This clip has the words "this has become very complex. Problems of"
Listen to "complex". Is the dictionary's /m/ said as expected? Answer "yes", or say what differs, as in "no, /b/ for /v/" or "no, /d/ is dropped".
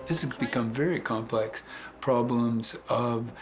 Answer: yes